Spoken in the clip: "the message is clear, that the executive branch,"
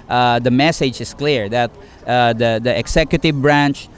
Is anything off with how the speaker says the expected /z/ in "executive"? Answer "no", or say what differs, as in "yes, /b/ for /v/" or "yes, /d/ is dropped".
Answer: yes, /s/ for /z/